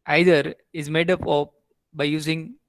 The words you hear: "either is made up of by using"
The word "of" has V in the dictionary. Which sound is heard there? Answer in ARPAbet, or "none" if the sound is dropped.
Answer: P